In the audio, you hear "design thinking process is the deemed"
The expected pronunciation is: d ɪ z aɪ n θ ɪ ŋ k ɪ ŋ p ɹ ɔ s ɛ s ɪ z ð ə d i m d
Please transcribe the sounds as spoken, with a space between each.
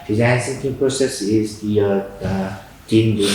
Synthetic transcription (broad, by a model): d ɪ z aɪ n s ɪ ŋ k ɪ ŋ p ɹ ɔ s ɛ s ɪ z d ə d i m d